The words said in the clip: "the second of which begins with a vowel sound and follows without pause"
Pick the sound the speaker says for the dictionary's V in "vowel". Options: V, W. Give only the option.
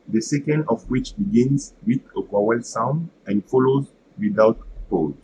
W